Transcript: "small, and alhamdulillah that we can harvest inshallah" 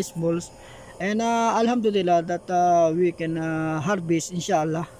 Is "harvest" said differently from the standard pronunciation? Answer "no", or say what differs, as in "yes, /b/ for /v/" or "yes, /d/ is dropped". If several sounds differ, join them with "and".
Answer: yes, /b/ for /v/ and /t/ is dropped